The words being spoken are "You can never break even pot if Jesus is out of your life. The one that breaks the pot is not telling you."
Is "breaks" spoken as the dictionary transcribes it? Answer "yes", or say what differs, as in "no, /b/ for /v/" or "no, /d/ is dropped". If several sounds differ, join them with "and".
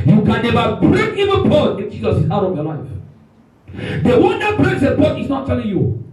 no, /k/ is dropped